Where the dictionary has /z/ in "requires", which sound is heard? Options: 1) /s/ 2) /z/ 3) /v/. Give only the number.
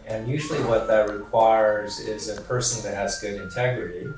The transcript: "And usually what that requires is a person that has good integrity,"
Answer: 2